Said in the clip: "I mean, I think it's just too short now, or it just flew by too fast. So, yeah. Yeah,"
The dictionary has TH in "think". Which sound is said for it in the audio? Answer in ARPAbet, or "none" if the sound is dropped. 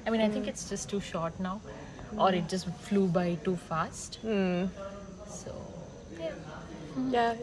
T